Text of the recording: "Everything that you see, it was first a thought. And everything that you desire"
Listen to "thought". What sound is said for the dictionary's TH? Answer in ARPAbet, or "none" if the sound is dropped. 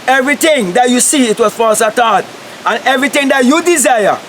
T